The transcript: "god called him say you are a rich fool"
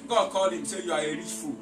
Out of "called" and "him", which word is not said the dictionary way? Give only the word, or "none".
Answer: called